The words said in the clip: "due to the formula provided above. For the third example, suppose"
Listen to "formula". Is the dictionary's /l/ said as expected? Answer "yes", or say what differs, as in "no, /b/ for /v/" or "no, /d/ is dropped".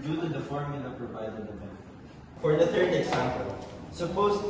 no, /n/ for /l/